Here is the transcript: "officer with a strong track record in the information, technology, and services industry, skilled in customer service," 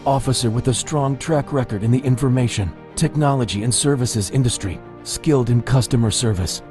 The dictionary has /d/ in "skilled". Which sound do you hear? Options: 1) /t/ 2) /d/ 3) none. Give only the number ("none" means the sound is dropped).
2